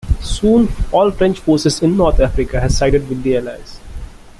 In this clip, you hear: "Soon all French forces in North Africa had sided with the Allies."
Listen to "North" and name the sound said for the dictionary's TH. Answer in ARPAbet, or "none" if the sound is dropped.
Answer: T